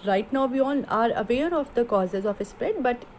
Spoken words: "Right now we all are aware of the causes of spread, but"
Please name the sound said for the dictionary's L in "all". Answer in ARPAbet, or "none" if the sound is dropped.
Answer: N